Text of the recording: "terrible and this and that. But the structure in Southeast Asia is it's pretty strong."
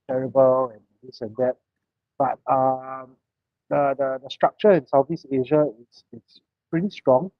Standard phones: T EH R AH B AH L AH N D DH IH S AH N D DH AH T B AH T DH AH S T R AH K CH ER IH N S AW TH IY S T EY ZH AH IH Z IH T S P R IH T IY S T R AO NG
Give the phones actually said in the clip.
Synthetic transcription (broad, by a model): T EH R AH B AH L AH N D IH S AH N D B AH T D AH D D AH S T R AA K CH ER IH N S AW F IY S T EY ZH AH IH S IH T S P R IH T IY S T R AO NG